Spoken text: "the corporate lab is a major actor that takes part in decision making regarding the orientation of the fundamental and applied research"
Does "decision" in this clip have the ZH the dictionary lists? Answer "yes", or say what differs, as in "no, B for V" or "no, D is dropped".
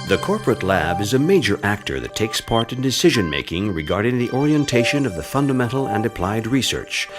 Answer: yes